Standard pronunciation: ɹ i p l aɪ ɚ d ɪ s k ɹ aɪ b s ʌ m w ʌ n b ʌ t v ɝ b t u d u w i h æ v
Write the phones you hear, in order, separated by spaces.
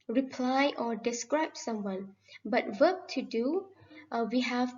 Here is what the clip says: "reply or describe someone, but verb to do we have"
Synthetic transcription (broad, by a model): ɹ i p l aɪ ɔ d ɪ s k ɹ aɪ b s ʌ m w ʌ n b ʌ t w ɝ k t u d u w i h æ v